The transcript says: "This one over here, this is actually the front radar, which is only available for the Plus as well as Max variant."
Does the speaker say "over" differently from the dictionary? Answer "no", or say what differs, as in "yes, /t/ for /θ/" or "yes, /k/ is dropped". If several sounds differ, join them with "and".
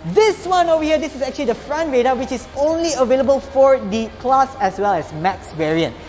yes, /v/ is dropped